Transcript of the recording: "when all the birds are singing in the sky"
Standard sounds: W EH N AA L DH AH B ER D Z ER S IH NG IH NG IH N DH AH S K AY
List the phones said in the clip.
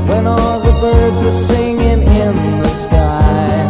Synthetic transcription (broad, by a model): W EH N AA L DH AH B ER D Z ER S IH NG IH NG IH N DH AH S K AY